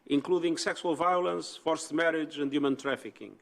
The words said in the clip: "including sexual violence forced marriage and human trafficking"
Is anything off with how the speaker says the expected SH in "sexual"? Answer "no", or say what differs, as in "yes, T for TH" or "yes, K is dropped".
yes, S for SH